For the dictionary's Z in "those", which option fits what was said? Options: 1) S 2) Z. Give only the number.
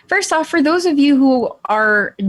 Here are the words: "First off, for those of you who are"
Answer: 2